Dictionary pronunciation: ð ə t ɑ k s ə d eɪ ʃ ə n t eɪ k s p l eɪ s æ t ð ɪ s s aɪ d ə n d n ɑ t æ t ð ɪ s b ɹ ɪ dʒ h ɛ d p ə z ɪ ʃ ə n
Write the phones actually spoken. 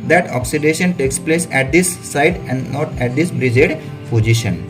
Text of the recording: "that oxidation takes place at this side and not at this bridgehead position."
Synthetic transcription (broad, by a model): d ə t ɑ k s ə d eɪ ʃ ə n t eɪ k s p l eɪ s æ t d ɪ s s aɪ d ə n d n ɑ t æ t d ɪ s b ɹ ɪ dʒ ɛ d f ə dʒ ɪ ʃ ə n